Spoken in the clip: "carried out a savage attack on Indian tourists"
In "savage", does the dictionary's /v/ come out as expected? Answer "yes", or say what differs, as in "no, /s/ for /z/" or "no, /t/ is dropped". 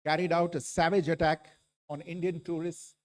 yes